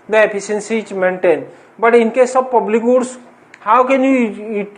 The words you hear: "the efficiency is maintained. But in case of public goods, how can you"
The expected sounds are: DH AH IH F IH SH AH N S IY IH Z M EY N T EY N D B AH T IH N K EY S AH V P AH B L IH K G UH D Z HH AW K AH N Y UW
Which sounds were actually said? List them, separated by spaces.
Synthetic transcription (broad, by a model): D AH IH P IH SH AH N S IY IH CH M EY N T EY N B AH T IH N K EY S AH B P AH B L IH K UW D S HH AW K AH N Y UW